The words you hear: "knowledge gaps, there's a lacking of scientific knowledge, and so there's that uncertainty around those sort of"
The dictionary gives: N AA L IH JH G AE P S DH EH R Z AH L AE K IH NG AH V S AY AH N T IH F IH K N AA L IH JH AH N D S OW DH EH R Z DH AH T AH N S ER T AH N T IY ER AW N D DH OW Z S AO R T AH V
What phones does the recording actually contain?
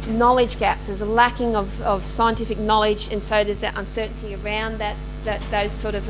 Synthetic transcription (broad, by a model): N AA L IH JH G AE P S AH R Z AH L AE K IH NG AH V S AY AH N T IH F IH K N AA L IH JH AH N S OW DH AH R Z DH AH T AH N S ER T N T IY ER AW N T DH OW Z S AO R T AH V